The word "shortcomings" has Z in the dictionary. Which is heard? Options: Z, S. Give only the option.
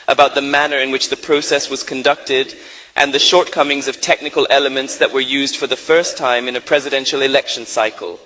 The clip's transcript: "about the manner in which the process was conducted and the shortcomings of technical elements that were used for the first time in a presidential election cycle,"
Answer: Z